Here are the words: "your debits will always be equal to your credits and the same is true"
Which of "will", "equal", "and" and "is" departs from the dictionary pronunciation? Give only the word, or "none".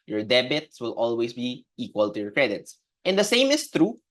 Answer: is